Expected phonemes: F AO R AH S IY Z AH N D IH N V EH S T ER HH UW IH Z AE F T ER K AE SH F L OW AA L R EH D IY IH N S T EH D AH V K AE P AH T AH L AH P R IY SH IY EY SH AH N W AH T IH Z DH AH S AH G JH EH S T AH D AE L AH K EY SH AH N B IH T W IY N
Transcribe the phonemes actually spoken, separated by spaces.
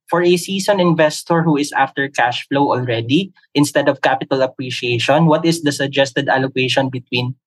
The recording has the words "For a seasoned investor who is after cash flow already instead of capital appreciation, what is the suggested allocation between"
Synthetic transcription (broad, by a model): F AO R AH S IY S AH N IH N V EH S T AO HH UW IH S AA F T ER K AE SH F L OW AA L R EH D IY IH N S T EH D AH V K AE P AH T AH L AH P R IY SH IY EY SH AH N W AH T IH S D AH S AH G JH EH S T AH D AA L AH K EY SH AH N B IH T W IY N